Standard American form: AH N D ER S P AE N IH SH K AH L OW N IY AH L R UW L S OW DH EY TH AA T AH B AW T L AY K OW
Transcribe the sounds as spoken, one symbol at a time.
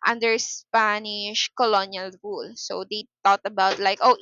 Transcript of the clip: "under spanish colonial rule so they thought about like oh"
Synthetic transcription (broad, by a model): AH N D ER S P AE N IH SH K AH L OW N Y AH L R UW L S OW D EY T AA T AH B AW T L AY K OW